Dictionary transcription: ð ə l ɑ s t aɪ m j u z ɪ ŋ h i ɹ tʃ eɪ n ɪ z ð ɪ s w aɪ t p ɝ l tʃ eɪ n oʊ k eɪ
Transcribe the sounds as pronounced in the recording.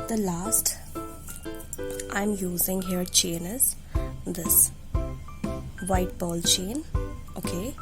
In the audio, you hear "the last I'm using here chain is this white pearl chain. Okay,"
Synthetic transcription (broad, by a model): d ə l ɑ s t aɪ m j u z ɪ ŋ h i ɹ tʃ eɪ n ɪ z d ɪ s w aɪ t b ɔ l tʃ eɪ n oʊ k eɪ